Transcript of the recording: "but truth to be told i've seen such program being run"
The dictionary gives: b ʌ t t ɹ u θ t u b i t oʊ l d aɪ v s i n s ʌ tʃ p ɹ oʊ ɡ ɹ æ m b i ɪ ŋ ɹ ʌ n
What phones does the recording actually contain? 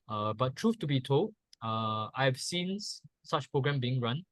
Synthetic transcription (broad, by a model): b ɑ t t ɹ u f t u b i t oʊ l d aɪ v s i n s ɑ tʃ p ɹ oʊ ɡ ɹ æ m b i ɪ ŋ ɹ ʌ n